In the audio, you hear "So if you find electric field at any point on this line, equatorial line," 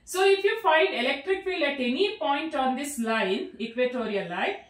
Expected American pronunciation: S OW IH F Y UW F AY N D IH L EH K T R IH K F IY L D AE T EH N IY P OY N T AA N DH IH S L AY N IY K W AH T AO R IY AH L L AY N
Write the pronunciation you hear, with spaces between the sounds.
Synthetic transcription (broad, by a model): S OW IH F Y UW F AY N D IH L EH K T R IH K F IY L AE T EH N IY P OY N T AA N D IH S L AY N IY K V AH T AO R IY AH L L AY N